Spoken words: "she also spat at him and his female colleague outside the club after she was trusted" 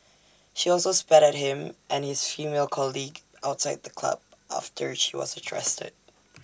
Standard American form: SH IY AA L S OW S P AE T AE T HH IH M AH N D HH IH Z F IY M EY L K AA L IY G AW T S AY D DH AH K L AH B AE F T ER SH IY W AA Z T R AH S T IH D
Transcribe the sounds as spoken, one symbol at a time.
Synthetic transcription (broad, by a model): SH IY AA L S OW S P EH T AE T HH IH M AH N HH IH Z F IY M EY L K AA L IY G AW T S AY D DH AH K L AH B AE F T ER SH IY W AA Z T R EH S T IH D